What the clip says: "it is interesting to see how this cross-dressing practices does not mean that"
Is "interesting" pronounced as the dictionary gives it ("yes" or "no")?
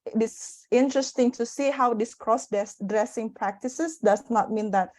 yes